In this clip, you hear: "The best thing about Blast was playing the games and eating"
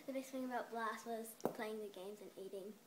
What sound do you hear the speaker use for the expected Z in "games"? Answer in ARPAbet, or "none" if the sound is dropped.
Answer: Z